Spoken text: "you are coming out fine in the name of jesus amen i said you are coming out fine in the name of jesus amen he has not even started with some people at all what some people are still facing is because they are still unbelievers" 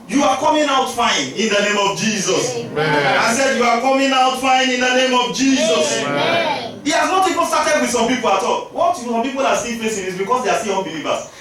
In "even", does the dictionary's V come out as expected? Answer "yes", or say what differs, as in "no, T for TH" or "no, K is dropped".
no, P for V